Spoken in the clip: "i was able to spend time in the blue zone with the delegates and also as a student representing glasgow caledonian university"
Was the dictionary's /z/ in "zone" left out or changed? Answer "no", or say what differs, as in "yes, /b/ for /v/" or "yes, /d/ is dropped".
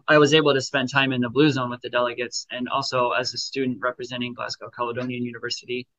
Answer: no